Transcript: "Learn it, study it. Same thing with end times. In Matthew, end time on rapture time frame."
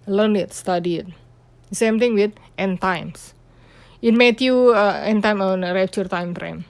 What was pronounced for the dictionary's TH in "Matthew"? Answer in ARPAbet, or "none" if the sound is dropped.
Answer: T